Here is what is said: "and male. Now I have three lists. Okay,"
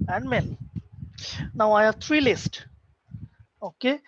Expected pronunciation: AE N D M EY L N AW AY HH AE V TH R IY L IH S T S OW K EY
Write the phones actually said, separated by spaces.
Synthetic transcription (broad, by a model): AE N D M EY N N AW AY HH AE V T R IY L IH S T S OW K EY